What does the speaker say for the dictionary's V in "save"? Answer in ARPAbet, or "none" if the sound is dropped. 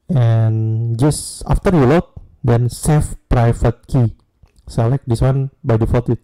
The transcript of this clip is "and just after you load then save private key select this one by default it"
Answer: F